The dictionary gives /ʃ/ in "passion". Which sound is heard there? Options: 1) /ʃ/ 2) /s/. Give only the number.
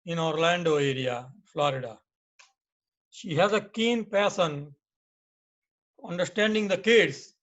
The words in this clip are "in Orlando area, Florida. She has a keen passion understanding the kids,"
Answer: 2